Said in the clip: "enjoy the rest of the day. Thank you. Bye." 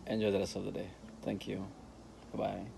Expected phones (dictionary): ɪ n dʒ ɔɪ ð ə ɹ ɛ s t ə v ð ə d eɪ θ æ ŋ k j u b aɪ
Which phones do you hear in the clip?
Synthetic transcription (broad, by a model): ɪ n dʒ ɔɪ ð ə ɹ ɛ s ə v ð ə d eɪ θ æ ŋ k j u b aɪ